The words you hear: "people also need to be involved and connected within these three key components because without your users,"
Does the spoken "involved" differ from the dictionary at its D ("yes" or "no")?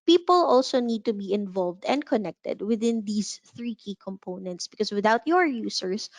no